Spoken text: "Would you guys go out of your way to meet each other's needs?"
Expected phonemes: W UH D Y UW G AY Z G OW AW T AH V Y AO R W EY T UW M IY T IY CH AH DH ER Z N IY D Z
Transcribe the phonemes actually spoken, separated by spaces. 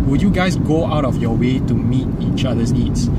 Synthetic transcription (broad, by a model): W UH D Y UW G AY S G OW AW T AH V Y AO W EY T UW M IY T IY CH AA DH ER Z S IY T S